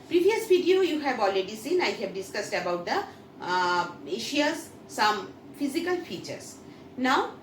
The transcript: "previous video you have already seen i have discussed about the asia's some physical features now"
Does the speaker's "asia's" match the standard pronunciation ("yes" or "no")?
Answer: no